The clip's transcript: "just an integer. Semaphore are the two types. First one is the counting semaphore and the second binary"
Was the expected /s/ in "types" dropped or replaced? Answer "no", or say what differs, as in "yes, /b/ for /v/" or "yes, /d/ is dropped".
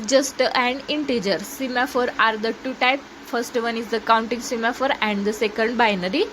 yes, /s/ is dropped